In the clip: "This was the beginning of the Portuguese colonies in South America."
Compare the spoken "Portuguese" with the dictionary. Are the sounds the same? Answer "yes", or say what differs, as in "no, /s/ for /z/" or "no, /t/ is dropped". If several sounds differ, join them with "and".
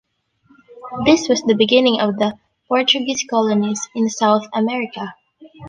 no, /s/ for /z/